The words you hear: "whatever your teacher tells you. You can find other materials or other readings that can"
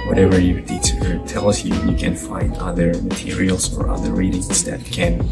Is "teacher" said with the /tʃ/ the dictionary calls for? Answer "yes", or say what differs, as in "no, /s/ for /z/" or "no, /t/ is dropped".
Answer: no, /tʃ/ is dropped